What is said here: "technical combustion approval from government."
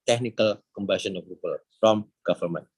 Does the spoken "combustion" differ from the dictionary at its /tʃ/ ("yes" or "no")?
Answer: yes